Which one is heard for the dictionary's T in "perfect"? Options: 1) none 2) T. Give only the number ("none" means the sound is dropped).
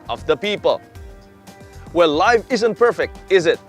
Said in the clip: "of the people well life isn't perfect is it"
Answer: 2